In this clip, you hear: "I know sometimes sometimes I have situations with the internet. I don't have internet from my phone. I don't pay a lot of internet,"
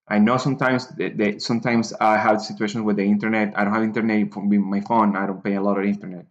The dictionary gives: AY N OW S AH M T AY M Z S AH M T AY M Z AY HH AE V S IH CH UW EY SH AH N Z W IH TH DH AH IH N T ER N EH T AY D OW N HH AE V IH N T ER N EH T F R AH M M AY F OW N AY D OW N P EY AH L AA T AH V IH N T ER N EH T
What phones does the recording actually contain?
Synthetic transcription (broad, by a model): AY N OW S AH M T AY M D S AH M T AY M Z AY HH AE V S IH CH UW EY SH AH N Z W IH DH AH IH N T ER N EH T AY D OW N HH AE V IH N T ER N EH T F W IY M M AY F OW N AY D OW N P EY AH L AA T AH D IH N T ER N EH T